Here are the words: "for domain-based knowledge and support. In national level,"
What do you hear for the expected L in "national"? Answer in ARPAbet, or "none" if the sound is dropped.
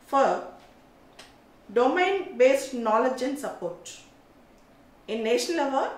N